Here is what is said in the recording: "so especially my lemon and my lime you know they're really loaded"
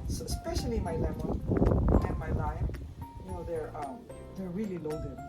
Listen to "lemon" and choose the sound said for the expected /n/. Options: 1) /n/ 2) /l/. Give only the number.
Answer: 2